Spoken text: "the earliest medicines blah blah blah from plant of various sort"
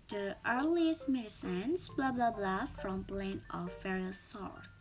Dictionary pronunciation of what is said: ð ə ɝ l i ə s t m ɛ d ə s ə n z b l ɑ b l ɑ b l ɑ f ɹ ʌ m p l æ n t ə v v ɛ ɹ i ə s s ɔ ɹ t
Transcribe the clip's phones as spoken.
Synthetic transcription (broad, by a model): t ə ɝ l i ə s t m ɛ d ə s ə n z b l ɑ b l ɑ b l ɑ f ɹ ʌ m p l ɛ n ə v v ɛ ɹ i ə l s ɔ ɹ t